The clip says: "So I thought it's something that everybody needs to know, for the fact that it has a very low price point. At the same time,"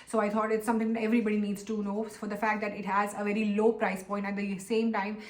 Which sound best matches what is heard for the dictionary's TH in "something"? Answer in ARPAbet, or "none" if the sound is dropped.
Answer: T